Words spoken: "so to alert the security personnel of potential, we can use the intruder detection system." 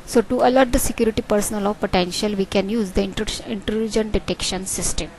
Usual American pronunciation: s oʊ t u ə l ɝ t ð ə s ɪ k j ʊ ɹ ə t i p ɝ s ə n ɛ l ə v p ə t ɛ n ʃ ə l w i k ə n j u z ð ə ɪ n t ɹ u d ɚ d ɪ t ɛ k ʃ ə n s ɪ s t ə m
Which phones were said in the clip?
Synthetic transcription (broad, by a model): s oʊ t u ə l ɝ t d ə s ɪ k j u ɹ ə t i p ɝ s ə n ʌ l ə v p ə t ɛ n ʃ ə l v i k ə n j u z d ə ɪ n t l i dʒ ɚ d ɪ t ɛ k ʃ ə n s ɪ s t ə m